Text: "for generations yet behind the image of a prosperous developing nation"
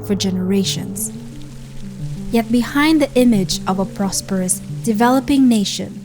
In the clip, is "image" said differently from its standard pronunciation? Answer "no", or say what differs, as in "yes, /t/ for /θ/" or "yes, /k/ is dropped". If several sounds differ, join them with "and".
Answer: no